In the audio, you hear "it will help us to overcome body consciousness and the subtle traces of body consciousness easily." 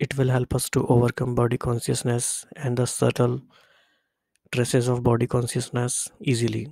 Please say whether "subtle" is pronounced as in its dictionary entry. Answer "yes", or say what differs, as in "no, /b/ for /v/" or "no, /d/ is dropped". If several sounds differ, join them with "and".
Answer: yes